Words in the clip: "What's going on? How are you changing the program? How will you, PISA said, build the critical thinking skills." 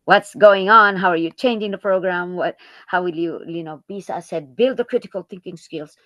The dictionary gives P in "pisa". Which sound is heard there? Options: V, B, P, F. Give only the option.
B